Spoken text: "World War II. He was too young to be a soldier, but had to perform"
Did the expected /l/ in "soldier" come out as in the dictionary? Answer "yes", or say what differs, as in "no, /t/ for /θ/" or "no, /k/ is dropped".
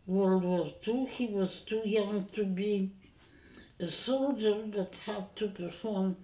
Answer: yes